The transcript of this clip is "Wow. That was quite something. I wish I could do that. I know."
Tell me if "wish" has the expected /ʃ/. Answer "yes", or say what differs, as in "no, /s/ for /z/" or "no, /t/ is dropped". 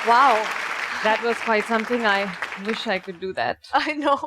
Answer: yes